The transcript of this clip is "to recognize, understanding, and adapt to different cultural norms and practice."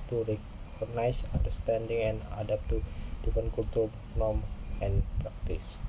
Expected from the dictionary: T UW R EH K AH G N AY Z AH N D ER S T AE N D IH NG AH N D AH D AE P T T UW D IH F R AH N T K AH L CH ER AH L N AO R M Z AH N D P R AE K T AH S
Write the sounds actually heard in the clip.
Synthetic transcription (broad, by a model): T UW R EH K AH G N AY S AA N D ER S T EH N D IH NG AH N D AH D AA P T T UW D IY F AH N K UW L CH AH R N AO M AH N P R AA K T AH S